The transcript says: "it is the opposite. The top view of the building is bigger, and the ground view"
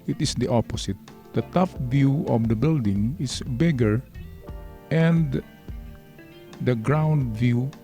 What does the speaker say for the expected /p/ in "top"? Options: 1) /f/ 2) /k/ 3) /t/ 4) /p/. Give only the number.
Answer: 1